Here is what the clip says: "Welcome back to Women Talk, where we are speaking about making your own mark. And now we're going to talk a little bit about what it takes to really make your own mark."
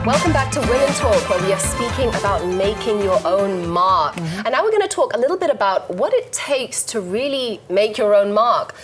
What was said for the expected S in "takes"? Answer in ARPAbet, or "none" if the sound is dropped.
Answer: S